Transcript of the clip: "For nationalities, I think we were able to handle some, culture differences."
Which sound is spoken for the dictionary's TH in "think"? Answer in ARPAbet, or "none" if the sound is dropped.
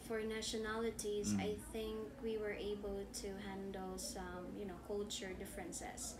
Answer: TH